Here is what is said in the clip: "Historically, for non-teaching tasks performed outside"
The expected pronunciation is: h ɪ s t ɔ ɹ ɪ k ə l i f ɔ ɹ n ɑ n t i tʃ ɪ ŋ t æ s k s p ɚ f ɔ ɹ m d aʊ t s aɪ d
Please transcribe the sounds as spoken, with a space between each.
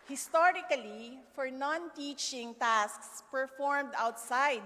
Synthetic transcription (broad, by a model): h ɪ s t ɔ ɹ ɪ k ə l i f ɔ ɹ n ɑ n t i tʃ ɪ ŋ t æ s k s p ɚ f ɔ ɹ m d aʊ t s aɪ d